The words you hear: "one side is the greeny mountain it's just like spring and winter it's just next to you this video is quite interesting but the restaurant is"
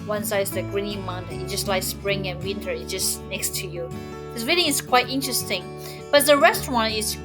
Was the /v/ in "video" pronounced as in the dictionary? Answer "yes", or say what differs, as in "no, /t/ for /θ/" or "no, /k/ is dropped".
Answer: no, /w/ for /v/